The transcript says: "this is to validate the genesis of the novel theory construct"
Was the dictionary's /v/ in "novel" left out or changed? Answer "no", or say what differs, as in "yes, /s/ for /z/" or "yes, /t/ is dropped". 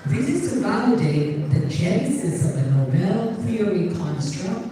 yes, /b/ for /v/